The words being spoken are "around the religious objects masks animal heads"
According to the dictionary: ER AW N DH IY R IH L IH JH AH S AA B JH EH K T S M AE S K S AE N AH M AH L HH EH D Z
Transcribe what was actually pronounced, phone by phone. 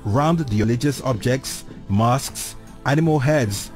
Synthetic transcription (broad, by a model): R AW N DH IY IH L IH JH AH S AA B JH EH K T S M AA S K S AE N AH M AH L HH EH D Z